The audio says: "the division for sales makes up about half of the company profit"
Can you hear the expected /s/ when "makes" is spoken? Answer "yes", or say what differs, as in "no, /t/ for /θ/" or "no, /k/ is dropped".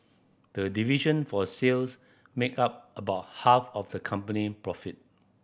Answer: no, /s/ is dropped